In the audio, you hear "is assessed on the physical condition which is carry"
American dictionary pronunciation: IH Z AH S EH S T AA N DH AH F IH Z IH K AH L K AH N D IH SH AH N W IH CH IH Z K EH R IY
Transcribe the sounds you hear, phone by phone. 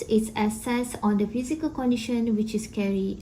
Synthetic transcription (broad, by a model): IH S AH S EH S AA N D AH F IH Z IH K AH L K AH N D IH SH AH N W IH CH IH S K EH R IY